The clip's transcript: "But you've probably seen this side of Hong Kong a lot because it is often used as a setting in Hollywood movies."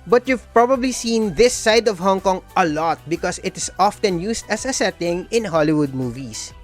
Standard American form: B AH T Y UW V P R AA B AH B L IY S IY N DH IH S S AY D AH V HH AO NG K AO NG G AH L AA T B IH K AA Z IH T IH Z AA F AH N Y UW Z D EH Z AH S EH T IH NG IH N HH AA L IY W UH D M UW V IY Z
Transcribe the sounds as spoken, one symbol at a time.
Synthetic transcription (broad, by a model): B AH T Y UW V P R AA B AH B L IY S IY N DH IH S S AY D AH V HH AO NG K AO NG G AH L AA T B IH K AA S IH T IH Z AA F AH N Y UW S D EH S AH S EH T IH NG IH N HH AA L IY W UH D M UW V IY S